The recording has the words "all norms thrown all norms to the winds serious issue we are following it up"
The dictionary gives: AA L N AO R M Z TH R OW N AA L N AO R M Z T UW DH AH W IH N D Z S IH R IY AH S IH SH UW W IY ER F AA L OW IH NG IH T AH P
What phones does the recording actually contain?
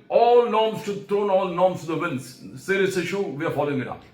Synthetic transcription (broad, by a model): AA L N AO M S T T R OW N AA L N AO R M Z T UW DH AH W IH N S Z S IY R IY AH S IH SH UW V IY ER F AA L OW IH NG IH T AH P